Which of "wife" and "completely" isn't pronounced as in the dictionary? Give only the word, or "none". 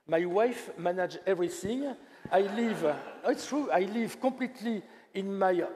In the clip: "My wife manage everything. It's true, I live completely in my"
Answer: completely